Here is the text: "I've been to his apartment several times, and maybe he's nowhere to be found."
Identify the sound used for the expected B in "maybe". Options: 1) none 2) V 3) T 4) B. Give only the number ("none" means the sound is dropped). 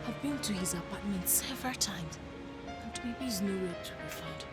1